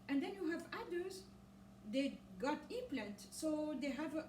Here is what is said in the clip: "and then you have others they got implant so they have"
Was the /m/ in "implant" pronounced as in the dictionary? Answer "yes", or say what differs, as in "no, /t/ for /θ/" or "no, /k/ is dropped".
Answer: no, /m/ is dropped